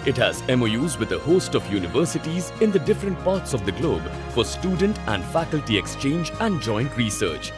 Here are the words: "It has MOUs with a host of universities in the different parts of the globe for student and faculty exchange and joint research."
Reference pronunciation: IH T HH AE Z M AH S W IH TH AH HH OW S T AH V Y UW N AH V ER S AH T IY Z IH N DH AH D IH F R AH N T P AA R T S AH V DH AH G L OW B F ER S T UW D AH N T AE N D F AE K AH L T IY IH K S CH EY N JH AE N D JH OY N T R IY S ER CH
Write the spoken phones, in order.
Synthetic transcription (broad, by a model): IH T HH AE Z M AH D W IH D AH HH OW S T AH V Y UW N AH V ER S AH T IY Z IH N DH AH D IH F R AH N T P AA R T S AH V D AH G L OW B F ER S T UW D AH N T AE N D F AE K AH L T IY IH K S CH EY N JH AE N D JH OY N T R IY S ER CH